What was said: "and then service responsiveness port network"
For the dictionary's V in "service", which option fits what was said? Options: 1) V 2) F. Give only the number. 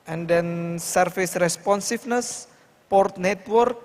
2